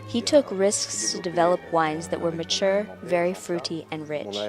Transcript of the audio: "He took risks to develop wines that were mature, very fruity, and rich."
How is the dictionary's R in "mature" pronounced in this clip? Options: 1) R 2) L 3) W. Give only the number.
1